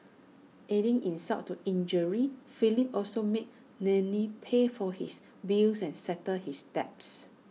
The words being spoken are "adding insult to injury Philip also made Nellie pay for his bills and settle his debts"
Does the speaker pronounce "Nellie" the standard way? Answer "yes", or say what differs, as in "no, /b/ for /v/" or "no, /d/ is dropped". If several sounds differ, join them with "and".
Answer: no, /n/ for /l/